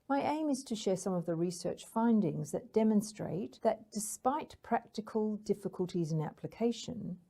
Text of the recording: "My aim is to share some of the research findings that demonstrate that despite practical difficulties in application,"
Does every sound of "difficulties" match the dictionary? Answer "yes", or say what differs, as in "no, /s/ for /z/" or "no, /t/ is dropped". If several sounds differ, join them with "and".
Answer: yes